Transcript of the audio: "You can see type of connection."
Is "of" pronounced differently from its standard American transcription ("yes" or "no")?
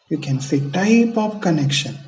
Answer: yes